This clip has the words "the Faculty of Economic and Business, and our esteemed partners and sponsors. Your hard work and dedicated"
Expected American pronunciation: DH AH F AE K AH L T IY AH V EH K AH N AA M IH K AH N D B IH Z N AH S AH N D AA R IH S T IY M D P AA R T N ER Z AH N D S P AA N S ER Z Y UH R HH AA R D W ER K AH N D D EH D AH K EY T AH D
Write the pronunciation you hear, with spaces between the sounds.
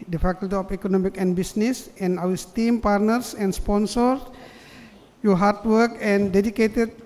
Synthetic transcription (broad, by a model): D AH F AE K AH L T IY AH F EH K AH N AA M IH K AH N B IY S N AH S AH N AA W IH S T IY M P AA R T N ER S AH N S P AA N S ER S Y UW HH AA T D W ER K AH N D D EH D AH K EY T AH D